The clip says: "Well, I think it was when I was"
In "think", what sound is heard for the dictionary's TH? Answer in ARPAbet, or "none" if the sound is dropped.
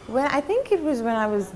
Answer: TH